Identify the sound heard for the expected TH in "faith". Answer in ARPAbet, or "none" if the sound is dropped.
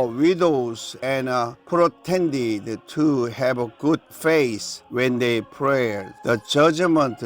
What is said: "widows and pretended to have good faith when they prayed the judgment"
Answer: S